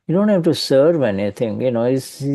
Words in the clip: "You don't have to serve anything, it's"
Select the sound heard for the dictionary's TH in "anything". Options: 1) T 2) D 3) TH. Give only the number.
1